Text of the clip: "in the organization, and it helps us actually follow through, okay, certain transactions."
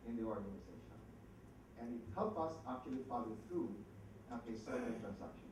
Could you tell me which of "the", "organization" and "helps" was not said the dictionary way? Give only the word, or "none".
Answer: helps